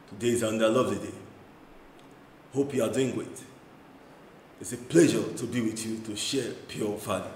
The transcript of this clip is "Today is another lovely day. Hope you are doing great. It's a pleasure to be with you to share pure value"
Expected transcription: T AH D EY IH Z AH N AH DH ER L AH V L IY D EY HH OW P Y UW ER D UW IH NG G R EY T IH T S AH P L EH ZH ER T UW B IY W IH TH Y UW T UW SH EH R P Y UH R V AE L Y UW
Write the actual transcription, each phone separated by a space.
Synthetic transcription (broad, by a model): T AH D EY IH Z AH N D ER L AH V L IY D EY HH OW P Y UW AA D UW IH NG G W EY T IH T S AH P L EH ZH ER T UW B IY W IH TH Y UW T UW SH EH P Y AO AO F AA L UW